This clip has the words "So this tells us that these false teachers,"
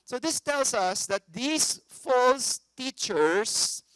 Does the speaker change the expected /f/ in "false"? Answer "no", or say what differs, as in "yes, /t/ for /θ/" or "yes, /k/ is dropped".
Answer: no